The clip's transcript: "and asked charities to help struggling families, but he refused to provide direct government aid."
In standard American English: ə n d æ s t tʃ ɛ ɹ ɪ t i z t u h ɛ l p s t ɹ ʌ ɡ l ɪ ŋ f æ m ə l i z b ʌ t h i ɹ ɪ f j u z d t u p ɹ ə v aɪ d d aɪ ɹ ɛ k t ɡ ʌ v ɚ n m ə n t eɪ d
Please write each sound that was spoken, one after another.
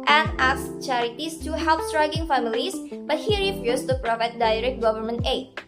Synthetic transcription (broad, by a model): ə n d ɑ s tʃ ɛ ɹ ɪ t i s t u h ɛ l p s t ɹ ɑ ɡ ɪ ŋ f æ m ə l i s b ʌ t h i ɹ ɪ f j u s t u p ɹ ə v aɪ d d aɪ ɹ ɛ k t ɡ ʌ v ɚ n m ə n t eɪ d